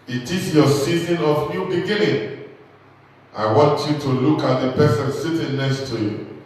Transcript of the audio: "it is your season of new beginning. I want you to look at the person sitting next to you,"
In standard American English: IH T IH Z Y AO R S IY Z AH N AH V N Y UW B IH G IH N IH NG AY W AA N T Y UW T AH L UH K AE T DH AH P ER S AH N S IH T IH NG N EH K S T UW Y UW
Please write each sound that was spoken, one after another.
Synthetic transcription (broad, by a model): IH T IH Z Y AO S IY Z AH N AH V N Y UW B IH G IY N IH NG AY W AA N T Y UW T AH L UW K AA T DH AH P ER S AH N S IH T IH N N EH K S T UW Y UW